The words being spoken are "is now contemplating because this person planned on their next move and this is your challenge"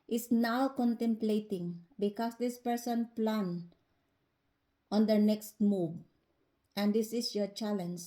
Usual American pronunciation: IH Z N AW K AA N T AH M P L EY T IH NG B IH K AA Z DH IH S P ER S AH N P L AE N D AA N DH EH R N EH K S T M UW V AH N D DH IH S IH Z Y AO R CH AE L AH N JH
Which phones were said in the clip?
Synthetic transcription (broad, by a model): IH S N AW K AA N T AH M P L EY T IH NG B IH K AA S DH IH S P ER S AH N P L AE N AA N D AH N EH K S T M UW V AH N D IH S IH S Y AO R CH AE L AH N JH